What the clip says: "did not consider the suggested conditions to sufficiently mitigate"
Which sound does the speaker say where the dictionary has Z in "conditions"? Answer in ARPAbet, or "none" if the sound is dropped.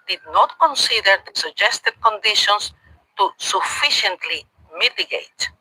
S